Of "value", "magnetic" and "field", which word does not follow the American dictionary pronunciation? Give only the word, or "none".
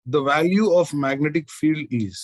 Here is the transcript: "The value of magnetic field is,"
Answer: none